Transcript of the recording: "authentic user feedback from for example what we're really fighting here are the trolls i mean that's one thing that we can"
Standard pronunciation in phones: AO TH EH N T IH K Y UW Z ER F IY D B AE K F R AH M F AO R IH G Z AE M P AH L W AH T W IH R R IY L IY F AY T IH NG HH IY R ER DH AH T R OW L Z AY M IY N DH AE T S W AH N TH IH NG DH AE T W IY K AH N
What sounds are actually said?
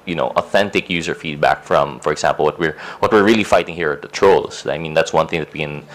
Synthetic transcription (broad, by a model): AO TH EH N T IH K Y UW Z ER F IY D B AE K F R AH M F AO R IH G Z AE M P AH L W AH T W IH R R IY L IY F AY T IH NG HH IY R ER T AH T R OW L S AY M IY N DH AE T S W AH N TH IH NG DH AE T W IY K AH N